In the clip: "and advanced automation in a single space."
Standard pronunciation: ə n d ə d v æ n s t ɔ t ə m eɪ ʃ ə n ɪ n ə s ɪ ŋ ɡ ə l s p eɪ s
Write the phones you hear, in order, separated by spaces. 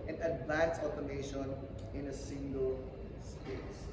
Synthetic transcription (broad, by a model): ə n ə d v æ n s ɔ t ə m eɪ ʃ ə n ɪ n ə s ɪ ŋ ɡ ə l s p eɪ s